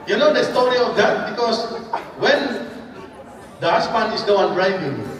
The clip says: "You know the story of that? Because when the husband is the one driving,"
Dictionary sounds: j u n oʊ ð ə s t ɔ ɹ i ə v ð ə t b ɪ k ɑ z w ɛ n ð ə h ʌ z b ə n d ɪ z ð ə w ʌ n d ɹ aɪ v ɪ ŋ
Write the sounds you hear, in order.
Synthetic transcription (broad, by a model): j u n oʊ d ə s t ɔ ɹ i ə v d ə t b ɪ k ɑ s w ɛ n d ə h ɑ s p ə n ɪ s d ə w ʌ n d ɹ aɪ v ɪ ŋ